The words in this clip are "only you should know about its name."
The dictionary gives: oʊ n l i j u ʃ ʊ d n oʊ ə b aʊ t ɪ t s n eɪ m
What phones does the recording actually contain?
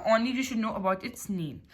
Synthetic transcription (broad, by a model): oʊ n l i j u ʃ ʊ d n oʊ ə b aʊ t ɪ t s n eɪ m